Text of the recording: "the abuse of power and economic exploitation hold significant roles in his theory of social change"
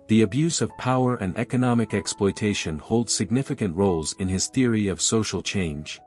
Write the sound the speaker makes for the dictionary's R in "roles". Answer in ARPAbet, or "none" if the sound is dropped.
R